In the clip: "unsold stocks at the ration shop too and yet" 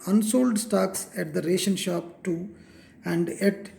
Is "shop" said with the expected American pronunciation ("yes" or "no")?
yes